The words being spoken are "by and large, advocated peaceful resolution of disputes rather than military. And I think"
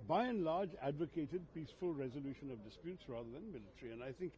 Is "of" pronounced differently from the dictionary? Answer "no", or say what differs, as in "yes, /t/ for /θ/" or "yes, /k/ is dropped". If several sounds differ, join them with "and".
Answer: no